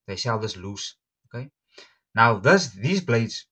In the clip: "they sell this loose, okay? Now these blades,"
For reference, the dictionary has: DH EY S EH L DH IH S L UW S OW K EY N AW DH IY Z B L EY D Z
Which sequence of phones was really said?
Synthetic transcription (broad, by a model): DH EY SH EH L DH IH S L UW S OW K EY N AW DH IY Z B L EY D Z